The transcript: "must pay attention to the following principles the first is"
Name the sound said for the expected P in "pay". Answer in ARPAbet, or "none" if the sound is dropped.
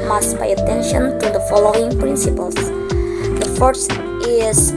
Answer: B